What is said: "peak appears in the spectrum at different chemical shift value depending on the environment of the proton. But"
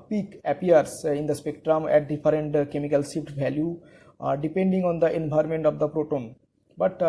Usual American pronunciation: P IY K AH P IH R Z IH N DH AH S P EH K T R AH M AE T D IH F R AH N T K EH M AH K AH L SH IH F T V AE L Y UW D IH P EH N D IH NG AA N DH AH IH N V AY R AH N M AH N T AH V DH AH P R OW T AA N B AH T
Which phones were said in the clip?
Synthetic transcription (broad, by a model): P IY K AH P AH R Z IH N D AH S P EH K T R AH M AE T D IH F R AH N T K EH M AH K AH L S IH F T V AE L Y UW D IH P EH N D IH NG AA N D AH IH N B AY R M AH N T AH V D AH P R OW T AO N B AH T